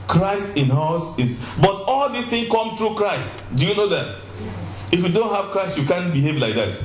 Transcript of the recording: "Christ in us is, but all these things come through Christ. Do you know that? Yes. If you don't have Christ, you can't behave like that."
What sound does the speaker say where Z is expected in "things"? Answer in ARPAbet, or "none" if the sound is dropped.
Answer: none